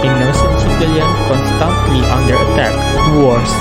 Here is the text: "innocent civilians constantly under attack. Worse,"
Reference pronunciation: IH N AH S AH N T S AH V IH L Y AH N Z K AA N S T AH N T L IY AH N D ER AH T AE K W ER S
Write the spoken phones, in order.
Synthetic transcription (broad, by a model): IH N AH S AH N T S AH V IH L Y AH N K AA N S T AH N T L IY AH N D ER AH T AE K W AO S